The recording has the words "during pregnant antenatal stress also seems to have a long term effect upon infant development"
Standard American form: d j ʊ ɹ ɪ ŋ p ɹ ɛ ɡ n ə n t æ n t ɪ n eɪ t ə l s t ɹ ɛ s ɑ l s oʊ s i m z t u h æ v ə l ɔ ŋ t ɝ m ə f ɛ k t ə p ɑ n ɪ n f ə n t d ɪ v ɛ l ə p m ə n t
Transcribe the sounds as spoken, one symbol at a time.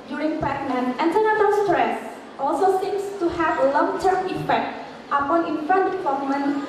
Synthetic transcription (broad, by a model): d j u ɹ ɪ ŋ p ɛ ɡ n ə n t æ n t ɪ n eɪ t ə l s t ɹ ɛ s ɑ l s oʊ s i m s t u h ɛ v ə l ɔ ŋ t ɝ m ə f ɛ k t ə p ɑ n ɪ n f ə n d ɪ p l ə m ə n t